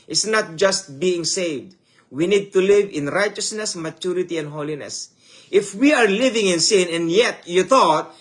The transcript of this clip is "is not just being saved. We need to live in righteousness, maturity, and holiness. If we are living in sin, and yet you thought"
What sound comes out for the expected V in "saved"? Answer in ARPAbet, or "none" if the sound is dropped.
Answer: V